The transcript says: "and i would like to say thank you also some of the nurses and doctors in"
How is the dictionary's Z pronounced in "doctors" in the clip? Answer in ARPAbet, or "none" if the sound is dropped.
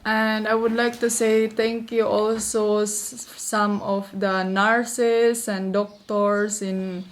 S